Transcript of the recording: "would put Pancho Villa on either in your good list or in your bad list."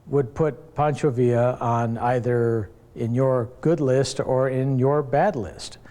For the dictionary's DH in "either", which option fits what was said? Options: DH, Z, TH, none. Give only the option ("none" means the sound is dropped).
DH